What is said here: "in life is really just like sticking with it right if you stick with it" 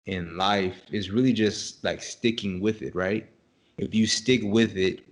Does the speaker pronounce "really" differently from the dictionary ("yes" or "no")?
no